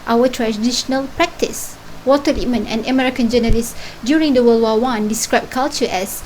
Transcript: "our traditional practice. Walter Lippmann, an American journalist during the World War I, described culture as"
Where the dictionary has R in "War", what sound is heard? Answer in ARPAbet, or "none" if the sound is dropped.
W